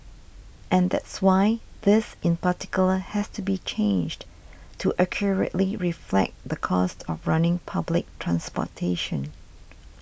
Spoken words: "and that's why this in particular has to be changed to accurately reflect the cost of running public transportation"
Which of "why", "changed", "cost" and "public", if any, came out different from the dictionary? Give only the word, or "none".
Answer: none